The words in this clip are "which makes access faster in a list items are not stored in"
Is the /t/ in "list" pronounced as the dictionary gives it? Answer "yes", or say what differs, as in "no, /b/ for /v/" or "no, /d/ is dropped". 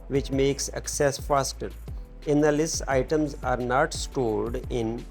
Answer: no, /t/ is dropped